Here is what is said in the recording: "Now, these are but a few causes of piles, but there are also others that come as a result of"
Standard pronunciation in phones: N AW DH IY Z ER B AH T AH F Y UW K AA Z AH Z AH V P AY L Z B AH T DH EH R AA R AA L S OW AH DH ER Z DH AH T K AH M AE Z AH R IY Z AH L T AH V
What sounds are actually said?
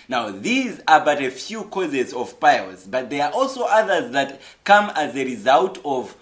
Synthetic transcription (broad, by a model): N AW DH IY Z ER B AH T AH F Y UW K AA Z AH Z AH V P AY L Z B AH T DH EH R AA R AA L S OW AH DH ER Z DH AH T K AH M AE Z AH R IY Z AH L T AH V